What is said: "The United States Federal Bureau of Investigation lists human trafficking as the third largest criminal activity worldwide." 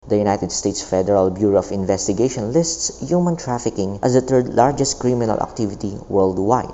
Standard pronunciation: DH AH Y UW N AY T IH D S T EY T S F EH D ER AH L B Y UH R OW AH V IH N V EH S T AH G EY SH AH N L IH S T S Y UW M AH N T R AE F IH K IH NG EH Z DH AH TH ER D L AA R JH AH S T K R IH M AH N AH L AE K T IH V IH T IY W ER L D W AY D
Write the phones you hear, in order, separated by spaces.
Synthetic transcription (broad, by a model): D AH Y UW N AY T IH D S T EY T S F EH D ER AH L B Y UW R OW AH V IH N V EH S T AH G EY SH AH N L IH S T S Y UW M AH N T R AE F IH K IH NG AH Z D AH T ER D L AA R JH AH S T K R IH M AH N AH L AE K T IH V IH T IY W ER L D W AY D